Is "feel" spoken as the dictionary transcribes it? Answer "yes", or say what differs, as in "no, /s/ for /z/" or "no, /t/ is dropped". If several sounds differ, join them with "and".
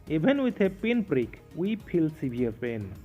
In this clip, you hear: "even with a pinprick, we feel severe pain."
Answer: no, /p/ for /f/